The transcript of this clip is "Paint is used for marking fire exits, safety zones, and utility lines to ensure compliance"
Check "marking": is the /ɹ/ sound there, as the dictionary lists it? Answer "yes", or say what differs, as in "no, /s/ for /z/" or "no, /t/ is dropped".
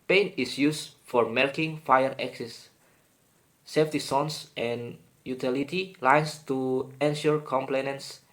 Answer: no, /l/ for /ɹ/